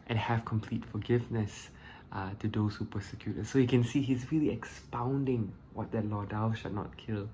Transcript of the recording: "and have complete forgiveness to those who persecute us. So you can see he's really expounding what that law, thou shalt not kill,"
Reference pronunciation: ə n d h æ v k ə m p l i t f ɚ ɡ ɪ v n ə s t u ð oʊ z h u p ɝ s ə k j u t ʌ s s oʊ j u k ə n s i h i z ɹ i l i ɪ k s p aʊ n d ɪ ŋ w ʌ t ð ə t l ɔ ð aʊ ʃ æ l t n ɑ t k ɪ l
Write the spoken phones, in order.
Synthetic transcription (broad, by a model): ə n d h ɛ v k ə m p l i t f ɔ ɡ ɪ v n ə s t u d oʊ s h u p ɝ s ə k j u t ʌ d s oʊ j u k ə n s i h i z ɹ i l i ɪ k s p aʊ n d ɪ ŋ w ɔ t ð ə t l ɔ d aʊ ʃ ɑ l n ɑ t k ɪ l